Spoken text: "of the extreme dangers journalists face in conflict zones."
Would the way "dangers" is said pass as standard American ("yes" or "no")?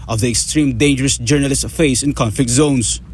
no